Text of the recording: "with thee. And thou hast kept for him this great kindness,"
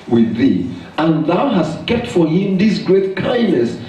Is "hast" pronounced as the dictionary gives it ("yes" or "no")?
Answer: yes